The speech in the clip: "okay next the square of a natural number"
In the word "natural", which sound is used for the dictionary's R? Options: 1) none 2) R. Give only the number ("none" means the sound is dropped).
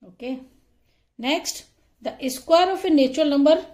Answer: 1